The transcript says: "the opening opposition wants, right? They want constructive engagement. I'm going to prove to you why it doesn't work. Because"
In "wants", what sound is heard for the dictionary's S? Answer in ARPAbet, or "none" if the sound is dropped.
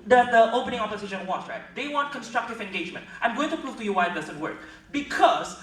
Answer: none